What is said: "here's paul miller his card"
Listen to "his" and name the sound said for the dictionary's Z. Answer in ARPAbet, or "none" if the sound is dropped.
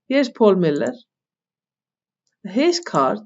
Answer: S